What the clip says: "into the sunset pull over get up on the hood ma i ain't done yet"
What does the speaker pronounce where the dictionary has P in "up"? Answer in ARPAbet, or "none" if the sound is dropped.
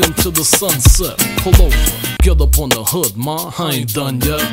P